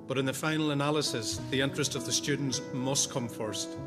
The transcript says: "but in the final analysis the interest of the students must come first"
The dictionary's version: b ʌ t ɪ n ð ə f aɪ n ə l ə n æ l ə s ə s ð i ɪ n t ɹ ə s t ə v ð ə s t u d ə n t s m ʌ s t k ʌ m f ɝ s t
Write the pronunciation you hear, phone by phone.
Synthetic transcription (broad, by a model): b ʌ t ɪ n ð ə f aɪ n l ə n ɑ l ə s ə s ð i ɪ n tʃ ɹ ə s t ə v ð ə s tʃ u d n t s m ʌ s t k ʌ m f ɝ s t